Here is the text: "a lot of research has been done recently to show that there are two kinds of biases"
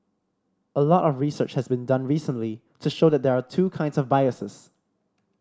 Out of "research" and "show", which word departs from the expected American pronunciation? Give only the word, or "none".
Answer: none